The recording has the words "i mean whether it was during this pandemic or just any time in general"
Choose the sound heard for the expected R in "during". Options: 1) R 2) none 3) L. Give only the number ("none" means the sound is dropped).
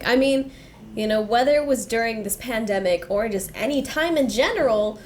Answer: 1